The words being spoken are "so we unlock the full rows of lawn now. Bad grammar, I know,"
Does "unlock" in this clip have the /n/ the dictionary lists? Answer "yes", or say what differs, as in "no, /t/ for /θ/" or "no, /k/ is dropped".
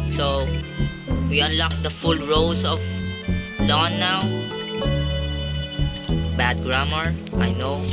yes